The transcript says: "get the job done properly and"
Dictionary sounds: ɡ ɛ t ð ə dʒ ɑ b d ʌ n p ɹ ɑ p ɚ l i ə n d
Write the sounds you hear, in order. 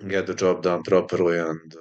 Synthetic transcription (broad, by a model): ɡ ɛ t ð ə dʒ ɑ b d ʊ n p ɹ ɑ p ɚ l i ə n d